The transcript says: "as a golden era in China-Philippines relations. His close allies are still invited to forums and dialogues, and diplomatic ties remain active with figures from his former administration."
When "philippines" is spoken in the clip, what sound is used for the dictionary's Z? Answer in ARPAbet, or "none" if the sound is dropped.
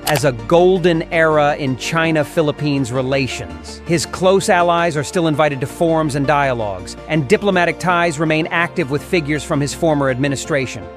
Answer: Z